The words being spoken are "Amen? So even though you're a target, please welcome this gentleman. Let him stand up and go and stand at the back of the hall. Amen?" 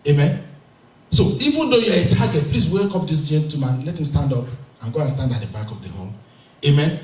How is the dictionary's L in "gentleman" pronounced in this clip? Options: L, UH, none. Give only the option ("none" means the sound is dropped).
none